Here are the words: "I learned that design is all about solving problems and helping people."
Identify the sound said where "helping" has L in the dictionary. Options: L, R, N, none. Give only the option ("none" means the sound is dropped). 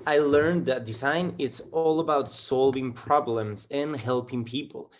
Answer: L